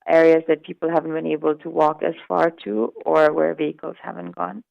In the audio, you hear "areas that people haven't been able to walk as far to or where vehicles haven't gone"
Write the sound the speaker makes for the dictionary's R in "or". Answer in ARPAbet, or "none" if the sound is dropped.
R